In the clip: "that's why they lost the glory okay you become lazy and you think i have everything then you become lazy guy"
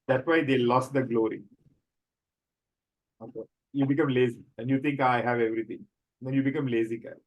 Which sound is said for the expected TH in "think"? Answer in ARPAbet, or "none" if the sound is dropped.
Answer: T